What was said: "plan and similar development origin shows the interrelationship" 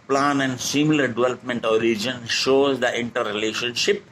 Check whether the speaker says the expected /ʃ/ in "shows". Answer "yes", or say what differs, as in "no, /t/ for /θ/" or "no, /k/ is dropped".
yes